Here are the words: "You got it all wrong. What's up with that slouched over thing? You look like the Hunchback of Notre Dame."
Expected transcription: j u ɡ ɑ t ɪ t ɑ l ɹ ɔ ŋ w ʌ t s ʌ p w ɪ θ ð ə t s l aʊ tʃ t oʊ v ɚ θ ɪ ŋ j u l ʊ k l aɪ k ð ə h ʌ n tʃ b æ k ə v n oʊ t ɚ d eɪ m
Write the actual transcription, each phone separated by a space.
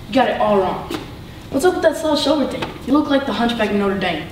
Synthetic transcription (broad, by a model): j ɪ ɡ ɑ t ɪ t ɑ l ɹ ɔ ŋ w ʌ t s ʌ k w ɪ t ð ə t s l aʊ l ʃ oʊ ɚ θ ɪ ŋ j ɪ l ʊ k l aɪ k ð ə h ʌ n tʃ b æ k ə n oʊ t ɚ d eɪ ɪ